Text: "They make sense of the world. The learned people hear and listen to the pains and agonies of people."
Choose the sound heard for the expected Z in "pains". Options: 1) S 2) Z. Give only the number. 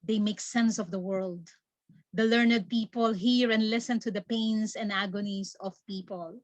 1